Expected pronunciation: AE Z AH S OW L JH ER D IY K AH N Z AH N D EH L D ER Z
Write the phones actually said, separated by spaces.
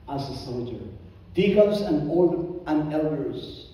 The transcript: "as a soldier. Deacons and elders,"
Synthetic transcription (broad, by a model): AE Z AH S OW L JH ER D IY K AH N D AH L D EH L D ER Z